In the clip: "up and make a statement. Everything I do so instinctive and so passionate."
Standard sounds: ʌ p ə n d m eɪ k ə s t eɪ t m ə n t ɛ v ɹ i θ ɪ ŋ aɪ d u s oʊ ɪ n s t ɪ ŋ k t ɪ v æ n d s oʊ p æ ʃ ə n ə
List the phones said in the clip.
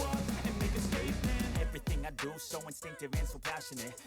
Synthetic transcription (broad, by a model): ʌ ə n m eɪ k ə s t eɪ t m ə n ɛ v ɹ i θ ɪ ŋ aɪ d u s oʊ ɪ n s t ɪ ŋ k t ɪ v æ n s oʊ p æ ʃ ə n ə